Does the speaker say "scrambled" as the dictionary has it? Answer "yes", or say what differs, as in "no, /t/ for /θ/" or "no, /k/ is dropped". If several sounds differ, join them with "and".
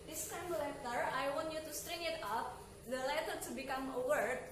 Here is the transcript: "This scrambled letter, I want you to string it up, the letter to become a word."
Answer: no, /ɹ/ is dropped